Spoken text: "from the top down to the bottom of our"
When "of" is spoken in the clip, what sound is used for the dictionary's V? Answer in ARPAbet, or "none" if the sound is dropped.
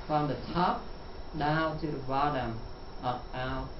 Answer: P